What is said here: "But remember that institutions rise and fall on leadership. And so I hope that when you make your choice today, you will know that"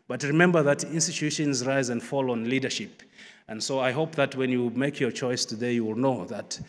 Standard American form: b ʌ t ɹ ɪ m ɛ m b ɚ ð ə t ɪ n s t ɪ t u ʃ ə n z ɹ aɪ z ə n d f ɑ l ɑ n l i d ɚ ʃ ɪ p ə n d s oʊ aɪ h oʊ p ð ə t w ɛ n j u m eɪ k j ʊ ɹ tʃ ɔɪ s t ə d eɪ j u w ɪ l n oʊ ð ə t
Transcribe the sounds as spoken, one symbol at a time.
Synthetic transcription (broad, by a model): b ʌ t ɹ ɪ m ɛ m b ɚ ð ə t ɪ n s t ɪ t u ʃ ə n z ɹ aɪ z ə n d f ɑ l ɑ n l i d ɚ ʃ ɪ p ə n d s oʊ aɪ h oʊ p ð ə t w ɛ n j u m eɪ k j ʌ ɹ tʃ ɔɪ s t ə d eɪ j u w ɪ l n oʊ ð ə t